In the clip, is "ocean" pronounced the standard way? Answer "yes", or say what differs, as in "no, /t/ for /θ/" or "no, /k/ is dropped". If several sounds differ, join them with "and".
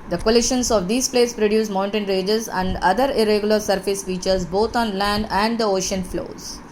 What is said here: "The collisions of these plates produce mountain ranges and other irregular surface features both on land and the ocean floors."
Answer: yes